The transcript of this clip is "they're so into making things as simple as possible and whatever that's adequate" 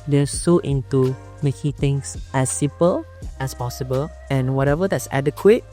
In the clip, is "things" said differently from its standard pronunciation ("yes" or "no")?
yes